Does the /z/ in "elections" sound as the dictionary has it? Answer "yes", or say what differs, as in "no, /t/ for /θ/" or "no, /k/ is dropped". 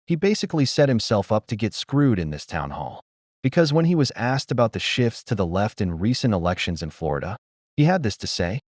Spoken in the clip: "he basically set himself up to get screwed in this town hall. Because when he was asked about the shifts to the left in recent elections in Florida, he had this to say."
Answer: yes